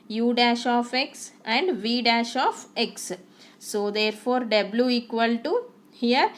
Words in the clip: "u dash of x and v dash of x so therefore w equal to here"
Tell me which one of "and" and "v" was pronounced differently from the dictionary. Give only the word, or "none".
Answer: none